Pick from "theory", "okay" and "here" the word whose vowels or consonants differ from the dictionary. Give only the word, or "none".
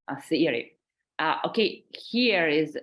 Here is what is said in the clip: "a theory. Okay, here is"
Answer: theory